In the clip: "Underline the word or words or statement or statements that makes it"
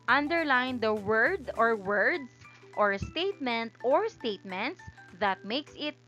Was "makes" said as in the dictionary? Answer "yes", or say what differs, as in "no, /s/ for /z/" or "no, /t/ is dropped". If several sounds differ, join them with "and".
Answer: yes